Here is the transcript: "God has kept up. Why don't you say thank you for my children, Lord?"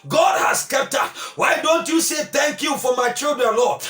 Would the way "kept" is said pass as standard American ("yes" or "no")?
yes